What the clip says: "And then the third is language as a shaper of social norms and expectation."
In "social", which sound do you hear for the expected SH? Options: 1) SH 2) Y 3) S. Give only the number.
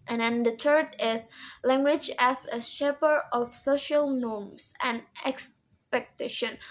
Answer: 1